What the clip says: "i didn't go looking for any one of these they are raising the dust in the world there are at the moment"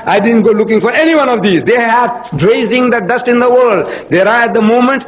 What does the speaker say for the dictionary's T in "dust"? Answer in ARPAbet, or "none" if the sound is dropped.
T